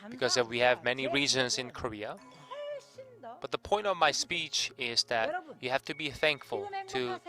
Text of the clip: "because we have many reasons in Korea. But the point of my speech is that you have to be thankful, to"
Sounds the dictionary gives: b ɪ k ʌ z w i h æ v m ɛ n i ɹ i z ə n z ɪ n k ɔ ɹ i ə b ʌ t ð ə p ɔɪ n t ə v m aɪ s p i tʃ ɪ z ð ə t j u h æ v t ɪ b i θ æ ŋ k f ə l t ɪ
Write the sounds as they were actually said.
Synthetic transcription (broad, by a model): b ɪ k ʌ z w i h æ v m ɛ n i ɹ i z ə n z ɪ n k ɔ ɹ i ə b ʌ t ð ə p ɔɪ n t ə v m aɪ s p i tʃ ɪ z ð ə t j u h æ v t ɪ b i θ æ ŋ k f ə l t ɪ